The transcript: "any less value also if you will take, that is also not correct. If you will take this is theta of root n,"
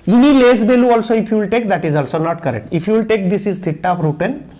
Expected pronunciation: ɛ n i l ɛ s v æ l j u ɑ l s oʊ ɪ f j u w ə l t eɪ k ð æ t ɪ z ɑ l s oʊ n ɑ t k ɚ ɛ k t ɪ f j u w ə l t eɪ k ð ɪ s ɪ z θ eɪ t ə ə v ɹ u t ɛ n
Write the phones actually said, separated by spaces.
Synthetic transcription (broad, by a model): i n i l ɛ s b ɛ l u ɑ l s oʊ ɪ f j u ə l t eɪ k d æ t ɪ z ɑ l s oʊ n ɑ t k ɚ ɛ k t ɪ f j u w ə l t eɪ k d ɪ s ɪ z t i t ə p ɹ u t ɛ n